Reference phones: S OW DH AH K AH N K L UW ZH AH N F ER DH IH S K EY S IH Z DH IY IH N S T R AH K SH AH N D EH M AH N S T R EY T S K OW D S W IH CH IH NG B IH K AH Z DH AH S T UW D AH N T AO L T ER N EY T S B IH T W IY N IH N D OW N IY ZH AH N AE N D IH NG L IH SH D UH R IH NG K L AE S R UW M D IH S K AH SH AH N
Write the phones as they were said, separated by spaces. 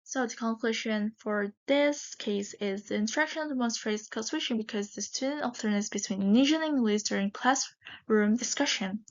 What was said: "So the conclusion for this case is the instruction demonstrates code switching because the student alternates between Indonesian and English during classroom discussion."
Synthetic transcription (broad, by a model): S OW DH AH K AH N K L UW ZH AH N F ER DH IH S K EY S IH Z DH IY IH N T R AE K SH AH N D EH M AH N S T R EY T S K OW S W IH SH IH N B IH K AH Z DH AH S T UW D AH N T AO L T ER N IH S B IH T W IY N N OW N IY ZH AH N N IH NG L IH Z D UH R IH NG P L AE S R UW M D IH S K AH SH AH N